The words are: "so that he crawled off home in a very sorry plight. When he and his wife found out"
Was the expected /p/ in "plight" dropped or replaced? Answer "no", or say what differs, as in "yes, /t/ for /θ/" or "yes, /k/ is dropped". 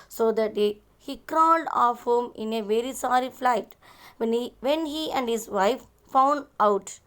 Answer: yes, /f/ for /p/